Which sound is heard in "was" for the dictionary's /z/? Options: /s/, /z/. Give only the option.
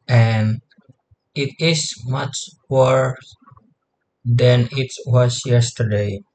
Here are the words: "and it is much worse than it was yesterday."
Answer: /s/